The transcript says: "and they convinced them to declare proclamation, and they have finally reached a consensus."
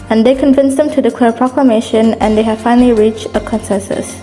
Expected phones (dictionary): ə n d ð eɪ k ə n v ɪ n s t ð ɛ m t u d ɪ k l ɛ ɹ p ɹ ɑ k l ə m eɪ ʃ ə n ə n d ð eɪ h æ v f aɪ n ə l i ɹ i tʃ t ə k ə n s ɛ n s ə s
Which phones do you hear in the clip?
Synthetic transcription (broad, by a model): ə n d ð eɪ k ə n v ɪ n s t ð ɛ m t u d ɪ k w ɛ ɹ p ɹ ɑ k l ə m eɪ ʃ ə n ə n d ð eɪ h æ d f aɪ n ə l i ɹ i tʃ t ə k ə n s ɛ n s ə s